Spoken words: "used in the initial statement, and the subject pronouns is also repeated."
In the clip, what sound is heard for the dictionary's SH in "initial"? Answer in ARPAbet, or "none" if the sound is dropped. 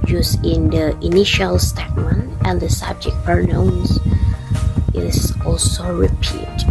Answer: SH